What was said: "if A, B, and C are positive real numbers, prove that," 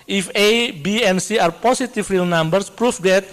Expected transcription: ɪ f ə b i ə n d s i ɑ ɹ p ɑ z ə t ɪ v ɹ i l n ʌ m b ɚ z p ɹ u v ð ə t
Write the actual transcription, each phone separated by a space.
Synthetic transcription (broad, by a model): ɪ f ə b i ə n s i ɑ ɹ p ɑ s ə t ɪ f ɹ i l n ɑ m b ɚ s p ɹ u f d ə t